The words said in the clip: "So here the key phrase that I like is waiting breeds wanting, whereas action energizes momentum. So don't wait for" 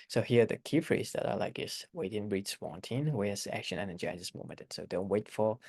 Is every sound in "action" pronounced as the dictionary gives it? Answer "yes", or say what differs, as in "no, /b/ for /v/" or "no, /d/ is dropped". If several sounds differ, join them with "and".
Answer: yes